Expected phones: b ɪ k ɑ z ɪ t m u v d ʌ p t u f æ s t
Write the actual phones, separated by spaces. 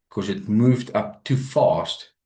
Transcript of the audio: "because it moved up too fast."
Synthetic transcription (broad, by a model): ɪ k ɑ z ɪ t m u v d ʌ p t u f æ s t